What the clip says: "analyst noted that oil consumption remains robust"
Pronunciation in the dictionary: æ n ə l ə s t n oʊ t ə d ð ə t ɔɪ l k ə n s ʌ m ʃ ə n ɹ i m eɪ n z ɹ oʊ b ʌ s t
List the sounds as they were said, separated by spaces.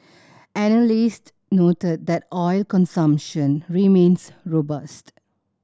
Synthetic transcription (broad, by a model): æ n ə l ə s t n oʊ t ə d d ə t ɔɪ l k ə n s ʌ m ʃ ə n ɹ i m eɪ n s ɹ oʊ b ʌ s t